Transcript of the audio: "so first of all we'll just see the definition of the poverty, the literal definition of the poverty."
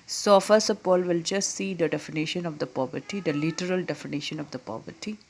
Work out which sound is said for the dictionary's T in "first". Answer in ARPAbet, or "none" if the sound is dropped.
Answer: none